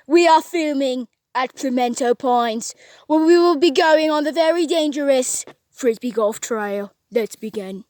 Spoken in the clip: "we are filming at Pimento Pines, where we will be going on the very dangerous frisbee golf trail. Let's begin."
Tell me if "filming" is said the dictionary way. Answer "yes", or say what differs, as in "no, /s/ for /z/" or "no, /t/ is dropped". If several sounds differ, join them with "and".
yes